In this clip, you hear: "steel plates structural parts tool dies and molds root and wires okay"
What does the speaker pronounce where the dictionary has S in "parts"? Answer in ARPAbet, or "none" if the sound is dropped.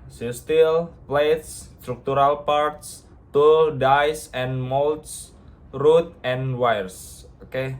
S